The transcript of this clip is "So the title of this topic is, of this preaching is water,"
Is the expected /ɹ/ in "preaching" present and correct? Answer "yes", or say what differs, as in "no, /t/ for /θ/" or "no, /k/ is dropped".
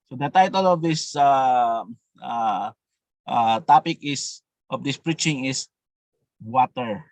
yes